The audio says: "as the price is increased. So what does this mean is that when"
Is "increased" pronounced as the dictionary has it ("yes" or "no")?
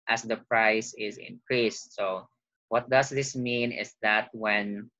yes